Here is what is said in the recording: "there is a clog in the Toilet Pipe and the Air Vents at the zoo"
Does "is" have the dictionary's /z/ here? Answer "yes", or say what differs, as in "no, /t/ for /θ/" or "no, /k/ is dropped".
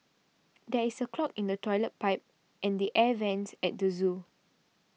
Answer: no, /s/ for /z/